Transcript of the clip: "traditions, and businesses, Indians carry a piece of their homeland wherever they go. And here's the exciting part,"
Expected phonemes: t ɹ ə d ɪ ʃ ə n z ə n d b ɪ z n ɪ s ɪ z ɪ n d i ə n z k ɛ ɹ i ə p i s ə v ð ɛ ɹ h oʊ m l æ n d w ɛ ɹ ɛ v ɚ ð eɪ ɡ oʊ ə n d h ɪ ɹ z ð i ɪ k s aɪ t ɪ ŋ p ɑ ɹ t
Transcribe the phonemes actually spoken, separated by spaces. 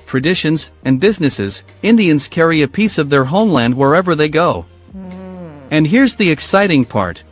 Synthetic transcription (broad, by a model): t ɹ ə d ɪ ʃ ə n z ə n b ɪ z n ɪ s ɪ z ɪ n d i ə n z k ɛ ɹ i ə p i s ə v ð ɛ ɹ h oʊ m l æ n d w ɛ ɹ ɛ v ɚ ð eɪ ɡ oʊ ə n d h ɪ ɹ z ð i ɪ k s aɪ t ɪ ŋ p ɑ ɹ t